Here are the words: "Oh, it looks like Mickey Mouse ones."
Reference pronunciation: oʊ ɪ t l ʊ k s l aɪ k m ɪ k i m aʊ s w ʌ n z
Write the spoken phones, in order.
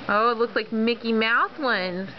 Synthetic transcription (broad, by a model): oʊ ɪ t l ʊ k s l aɪ k m ɪ k i m aʊ θ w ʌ n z